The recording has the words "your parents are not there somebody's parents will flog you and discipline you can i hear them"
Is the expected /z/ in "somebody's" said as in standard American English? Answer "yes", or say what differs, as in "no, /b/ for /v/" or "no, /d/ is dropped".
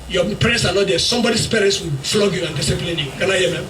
no, /s/ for /z/